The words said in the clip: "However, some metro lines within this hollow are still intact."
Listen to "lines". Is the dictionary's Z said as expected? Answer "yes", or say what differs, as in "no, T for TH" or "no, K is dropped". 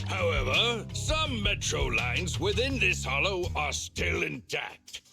yes